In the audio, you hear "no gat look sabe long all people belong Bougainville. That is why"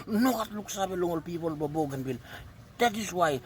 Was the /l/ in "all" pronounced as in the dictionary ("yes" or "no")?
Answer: yes